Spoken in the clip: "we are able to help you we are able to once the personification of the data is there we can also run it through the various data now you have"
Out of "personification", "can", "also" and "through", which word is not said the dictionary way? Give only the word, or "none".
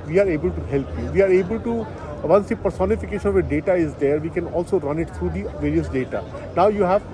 through